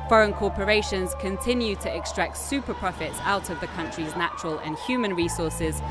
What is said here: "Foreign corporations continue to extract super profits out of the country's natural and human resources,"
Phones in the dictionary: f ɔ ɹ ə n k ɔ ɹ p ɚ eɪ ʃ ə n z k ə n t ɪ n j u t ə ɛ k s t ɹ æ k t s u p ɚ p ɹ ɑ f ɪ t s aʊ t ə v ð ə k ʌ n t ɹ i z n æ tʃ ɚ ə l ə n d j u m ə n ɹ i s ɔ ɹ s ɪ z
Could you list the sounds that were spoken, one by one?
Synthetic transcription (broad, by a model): f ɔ ɹ ə n k ɔ p ɚ eɪ ʃ ə n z k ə n t ɪ n j u t ə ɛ k s t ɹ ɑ k t s u p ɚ p ɹ ɑ f ɪ t s aʊ t ə v ð ə k ʌ n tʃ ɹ i z n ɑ tʃ ɚ ə l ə n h j u m ə n ɹ i s ɔ s ɪ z